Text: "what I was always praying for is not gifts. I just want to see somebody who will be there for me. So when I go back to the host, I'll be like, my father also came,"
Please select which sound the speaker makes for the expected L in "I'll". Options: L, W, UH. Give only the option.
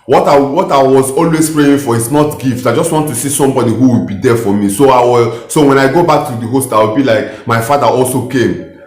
W